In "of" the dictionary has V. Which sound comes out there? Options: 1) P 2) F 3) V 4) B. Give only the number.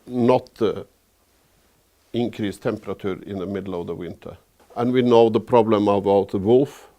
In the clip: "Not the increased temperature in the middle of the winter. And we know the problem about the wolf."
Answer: 3